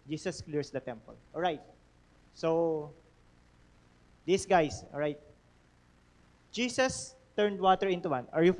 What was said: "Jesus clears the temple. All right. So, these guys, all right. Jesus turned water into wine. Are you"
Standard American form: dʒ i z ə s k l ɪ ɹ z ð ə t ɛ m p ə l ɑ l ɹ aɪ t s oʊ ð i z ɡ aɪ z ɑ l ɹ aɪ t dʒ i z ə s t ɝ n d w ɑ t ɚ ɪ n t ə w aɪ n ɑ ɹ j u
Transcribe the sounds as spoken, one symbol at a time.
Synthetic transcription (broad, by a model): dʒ i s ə s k l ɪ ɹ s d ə t ɛ m p ə l ɑ l ɹ aɪ t s oʊ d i s ɡ aɪ s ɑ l ɹ aɪ t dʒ i s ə s t ɝ n d w ɑ t ɚ ɪ n t ə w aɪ n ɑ ɹ j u